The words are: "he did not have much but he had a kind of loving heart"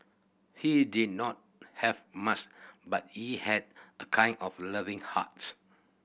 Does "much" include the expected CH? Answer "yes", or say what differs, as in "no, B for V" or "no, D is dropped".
no, S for CH